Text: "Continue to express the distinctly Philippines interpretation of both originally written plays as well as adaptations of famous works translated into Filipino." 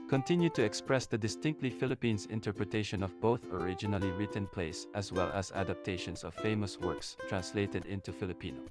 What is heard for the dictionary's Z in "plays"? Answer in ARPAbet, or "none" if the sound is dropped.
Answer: S